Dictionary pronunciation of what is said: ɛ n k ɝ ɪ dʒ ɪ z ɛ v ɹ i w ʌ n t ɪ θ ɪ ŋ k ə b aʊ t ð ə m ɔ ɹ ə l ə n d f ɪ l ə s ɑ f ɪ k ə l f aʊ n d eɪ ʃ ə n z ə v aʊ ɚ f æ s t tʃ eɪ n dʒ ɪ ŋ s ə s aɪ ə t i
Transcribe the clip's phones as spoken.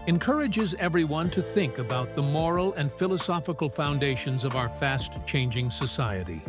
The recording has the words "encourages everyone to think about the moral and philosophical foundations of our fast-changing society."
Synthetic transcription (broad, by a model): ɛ n k ɝ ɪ dʒ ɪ z ɛ v ɹ i w ʌ n t ɪ θ ɪ ŋ k ə b aʊ t ð ə m ɔ ɹ l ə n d f ɪ l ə s ɑ f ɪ k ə l f aʊ n d eɪ ʃ ə n z ə v aʊ ɚ f æ s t tʃ eɪ n dʒ ɪ ŋ s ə s aɪ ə t i